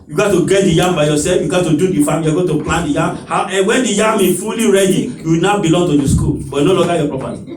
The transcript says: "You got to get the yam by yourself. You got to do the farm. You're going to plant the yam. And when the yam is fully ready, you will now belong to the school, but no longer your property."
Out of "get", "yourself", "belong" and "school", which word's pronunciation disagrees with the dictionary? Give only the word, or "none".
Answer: yourself